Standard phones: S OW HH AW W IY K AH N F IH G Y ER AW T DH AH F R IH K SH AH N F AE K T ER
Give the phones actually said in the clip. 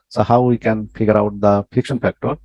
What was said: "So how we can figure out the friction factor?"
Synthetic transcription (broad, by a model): S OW HH AW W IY K AH N F IH G Y ER AW T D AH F IH K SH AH N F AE K T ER